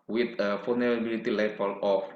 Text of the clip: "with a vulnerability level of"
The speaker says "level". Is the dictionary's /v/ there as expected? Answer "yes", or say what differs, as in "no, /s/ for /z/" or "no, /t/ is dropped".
no, /f/ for /v/